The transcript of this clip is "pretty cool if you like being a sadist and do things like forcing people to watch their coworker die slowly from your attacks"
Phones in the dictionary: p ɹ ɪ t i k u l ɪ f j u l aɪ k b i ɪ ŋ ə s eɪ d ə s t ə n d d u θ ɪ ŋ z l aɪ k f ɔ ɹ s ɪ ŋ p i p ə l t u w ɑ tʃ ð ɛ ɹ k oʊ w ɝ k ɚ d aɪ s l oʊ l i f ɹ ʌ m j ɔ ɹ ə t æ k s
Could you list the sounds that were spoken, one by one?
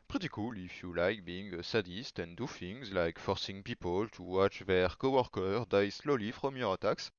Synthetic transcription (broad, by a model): p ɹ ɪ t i k u l ɪ f j u l aɪ k b i ɪ ŋ ə s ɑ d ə s t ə n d d u f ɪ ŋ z l aɪ k f ɔ ɹ s ɪ ŋ p i p ə l t u w ɑ tʃ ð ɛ ɹ k oʊ w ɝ k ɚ d aɪ s l oʊ l i f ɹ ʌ m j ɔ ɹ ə t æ k s